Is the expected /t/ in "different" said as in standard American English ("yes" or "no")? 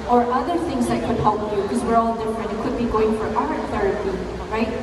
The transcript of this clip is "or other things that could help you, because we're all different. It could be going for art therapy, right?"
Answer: no